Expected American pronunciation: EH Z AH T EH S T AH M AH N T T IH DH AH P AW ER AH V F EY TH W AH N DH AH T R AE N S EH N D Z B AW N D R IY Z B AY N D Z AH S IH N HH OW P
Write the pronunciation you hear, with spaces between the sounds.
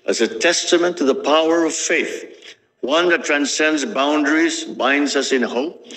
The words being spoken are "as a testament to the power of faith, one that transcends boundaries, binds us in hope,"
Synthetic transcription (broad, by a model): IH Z AH T EH S T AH M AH N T T IH DH AH P AW ER AH V F EY TH W AH N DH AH T R AE N S EH N D Z B AW N D R IY Z B AY N D Z AH S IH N HH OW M